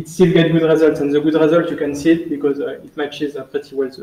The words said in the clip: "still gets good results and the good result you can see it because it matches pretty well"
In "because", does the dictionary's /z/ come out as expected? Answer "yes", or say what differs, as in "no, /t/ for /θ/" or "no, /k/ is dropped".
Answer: yes